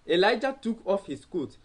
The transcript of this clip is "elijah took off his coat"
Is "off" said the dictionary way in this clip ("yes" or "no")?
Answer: yes